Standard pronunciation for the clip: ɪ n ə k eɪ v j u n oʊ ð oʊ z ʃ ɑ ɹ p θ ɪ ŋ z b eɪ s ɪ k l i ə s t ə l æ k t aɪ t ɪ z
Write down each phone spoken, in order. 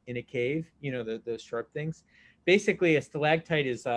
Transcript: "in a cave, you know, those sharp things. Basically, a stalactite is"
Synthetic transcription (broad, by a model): ɪ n ə k eɪ v j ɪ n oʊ ð oʊ z ʃ ɑ ɹ p θ ɪ ŋ z b eɪ s ɪ k l i ə s l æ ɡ t aɪ t ɪ z